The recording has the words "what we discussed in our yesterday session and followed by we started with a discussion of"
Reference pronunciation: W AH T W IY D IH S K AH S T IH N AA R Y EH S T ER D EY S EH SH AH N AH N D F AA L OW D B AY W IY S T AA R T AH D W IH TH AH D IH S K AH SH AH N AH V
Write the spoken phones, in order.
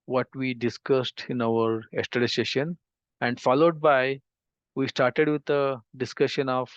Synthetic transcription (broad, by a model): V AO T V IY D IH S K AH S T IH N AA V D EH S T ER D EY S EH SH AH N AH N D F AA L OW D B AY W IY S T AA R T AH D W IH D AH D IH S K AH SH AH N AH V